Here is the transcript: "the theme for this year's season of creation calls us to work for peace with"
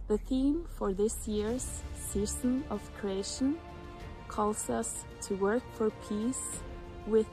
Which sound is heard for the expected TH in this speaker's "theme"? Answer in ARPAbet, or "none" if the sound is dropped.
TH